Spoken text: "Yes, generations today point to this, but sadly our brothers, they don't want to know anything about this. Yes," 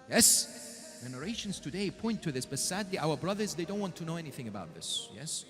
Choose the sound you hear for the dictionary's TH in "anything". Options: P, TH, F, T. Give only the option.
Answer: TH